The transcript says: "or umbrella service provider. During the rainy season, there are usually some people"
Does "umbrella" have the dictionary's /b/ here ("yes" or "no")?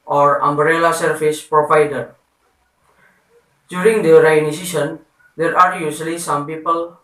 yes